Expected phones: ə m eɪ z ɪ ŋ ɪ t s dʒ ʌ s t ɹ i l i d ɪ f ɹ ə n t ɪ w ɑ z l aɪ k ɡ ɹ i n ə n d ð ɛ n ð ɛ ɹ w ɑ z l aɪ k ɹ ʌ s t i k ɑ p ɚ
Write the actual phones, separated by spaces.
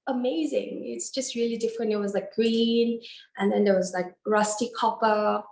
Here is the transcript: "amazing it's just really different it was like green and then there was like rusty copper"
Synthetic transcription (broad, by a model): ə m eɪ z ɪ ŋ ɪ t s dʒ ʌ s t ɹ i l i d ɪ f ɹ ə n t ɪ w ɑ z l aɪ k ɡ ɹ i n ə n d ð ɛ n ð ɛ w ɑ z l aɪ k ɹ ʌ s t i k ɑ p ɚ